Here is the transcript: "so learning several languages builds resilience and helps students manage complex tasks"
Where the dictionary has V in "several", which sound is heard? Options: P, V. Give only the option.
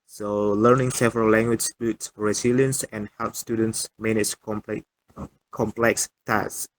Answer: V